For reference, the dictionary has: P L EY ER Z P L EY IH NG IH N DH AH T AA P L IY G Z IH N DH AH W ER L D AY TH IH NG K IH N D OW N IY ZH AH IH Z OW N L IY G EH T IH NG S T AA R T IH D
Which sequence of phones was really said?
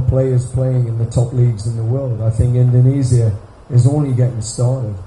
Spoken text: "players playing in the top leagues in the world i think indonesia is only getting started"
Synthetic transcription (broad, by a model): P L EY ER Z P L EY IH NG IH N DH AH T AA P L IY G Z IH N DH AH W ER L D AY TH IH NG K IH N D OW N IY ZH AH IH Z OW N L IY G EH T IH NG S T AA R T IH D